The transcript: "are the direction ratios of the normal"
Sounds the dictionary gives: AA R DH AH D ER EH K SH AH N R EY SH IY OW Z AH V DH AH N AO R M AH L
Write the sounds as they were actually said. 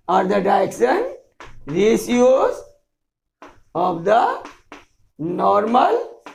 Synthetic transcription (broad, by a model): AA R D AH D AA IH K S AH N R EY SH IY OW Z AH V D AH N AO R M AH L